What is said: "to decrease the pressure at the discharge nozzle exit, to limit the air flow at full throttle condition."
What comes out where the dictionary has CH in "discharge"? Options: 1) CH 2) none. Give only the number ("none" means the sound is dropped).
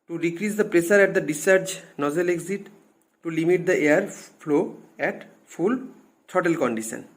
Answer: 2